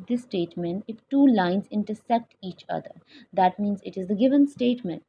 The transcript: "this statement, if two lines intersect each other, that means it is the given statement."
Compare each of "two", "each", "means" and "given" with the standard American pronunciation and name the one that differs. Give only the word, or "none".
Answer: none